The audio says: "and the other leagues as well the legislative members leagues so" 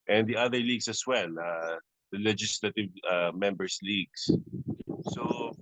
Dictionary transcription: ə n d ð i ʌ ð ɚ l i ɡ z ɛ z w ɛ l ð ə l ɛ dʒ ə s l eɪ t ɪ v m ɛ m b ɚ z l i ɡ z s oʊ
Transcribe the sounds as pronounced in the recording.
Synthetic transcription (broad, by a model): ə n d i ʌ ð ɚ l i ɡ s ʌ s w ɛ l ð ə l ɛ dʒ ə s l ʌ t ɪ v m ɛ m b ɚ s l i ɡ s s oʊ